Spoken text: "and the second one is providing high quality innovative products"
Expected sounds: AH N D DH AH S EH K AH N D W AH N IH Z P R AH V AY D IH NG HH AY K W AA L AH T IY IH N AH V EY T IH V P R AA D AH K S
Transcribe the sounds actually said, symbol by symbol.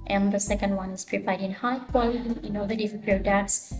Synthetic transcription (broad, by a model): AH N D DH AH S EH K AH N D W AH N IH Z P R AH P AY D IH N HH AY K W AA L AH T IY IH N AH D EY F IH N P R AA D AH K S